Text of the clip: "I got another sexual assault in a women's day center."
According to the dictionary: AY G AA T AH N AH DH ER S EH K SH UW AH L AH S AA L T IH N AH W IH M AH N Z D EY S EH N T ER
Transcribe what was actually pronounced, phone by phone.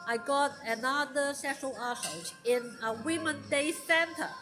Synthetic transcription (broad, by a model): AY G AA T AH N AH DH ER S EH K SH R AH L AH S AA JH IH N AH W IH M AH N D EY S EH N T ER